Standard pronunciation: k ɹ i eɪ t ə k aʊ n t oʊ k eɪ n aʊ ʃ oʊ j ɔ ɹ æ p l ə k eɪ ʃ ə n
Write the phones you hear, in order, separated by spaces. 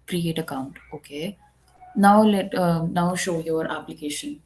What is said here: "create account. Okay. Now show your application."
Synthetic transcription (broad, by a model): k ɹ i eɪ t ə k aʊ n t oʊ k eɪ n aʊ ʃ oʊ j ɔ ɹ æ p l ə k eɪ ʃ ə n